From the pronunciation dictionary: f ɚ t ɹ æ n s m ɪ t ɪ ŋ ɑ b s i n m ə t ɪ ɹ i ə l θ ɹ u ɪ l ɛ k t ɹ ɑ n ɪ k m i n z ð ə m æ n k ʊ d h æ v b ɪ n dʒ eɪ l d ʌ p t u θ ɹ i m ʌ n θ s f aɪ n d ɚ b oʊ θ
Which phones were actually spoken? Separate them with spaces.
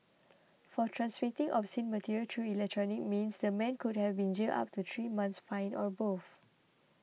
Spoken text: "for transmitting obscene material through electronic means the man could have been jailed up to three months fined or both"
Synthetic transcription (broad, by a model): f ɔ t ɹ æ n s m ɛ t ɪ ŋ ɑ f s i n m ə t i ɹ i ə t ɹ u ɪ l ɛ k t ɹ ɑ n ɪ k m i n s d ə m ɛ n k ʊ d h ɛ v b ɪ n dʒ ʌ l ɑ p t u t ɹ i m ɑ n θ s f aɪ n ɔ b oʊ f